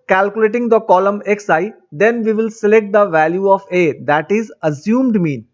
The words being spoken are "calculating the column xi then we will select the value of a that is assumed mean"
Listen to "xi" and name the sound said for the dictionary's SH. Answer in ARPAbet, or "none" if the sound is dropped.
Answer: S